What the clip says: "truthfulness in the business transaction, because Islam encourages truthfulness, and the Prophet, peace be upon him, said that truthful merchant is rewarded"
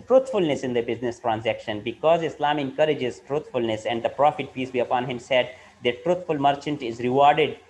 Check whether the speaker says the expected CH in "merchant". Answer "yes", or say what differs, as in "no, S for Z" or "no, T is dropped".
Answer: yes